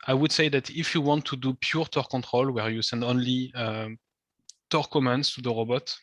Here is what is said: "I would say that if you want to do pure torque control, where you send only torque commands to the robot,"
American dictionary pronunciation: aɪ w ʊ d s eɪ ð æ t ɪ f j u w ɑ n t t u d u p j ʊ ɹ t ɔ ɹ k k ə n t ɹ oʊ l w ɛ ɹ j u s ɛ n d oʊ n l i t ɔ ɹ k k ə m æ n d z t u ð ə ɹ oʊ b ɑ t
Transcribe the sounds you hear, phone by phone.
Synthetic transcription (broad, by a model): aɪ w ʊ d s eɪ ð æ t ɪ f j u w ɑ n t t u d u p j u ɹ t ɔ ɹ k k ə n t ɹ oʊ l w ɛ ɹ j u s ɛ n d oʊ n l i t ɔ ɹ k k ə m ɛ n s t u ð ə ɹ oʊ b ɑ t